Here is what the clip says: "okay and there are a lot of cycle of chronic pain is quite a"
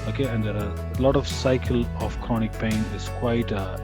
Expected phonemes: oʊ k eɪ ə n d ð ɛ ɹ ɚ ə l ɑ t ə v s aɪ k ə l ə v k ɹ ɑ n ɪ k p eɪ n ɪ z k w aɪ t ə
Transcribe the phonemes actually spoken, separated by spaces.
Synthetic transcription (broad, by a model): oʊ k eɪ ə n d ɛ ɹ ə l ɑ t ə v s aɪ k ə l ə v k ɑ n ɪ k p eɪ n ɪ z k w aɪ t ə